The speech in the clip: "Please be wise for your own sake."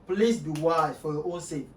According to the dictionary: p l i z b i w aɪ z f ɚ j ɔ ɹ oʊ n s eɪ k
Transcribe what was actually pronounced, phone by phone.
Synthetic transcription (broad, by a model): p l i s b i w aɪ f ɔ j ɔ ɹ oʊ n s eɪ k